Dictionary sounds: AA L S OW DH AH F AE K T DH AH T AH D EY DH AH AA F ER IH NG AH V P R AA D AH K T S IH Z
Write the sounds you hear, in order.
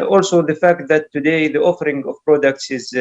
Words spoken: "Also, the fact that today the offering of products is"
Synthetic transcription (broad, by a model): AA L S OW DH AH F AE K T DH AH T AH D EY DH AH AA F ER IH NG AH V P R AA D AH K T S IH Z